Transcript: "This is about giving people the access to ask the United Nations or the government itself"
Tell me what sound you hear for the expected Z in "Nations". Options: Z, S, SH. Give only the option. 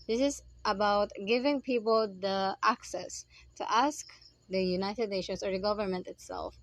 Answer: S